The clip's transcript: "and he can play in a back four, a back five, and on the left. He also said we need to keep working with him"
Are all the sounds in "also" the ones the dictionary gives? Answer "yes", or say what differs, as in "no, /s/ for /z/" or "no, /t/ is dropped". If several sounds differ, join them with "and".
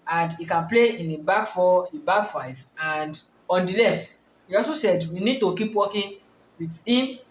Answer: no, /l/ is dropped